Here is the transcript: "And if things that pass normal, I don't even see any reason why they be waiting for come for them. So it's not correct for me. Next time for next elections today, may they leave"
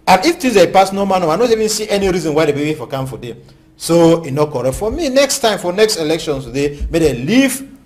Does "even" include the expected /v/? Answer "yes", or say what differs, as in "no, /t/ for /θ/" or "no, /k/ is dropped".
yes